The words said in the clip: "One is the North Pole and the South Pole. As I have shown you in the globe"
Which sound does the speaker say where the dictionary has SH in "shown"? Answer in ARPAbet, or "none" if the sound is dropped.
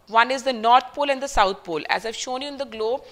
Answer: SH